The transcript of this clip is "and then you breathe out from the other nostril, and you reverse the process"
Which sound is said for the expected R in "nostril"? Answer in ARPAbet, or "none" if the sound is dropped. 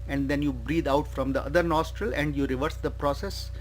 R